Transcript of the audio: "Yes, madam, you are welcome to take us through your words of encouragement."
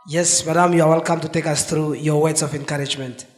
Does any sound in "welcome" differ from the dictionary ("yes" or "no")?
no